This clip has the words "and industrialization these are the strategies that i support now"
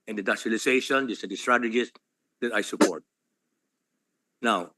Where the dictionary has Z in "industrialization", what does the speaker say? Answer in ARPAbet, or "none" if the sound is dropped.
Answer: S